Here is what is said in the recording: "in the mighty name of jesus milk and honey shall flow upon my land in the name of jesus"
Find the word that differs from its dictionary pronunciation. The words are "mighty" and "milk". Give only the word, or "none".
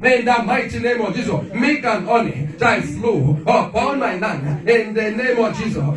milk